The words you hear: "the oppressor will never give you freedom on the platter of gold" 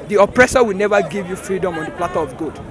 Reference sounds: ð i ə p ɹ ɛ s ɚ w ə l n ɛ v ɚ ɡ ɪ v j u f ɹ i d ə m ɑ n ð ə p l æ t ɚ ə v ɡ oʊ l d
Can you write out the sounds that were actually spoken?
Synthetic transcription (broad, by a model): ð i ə p ɹ ɛ s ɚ w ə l n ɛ v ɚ ɡ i v j u f ɹ i d ə m ɑ n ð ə p l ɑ t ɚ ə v ɡ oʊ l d